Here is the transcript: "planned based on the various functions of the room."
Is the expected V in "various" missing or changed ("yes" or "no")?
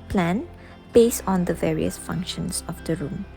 no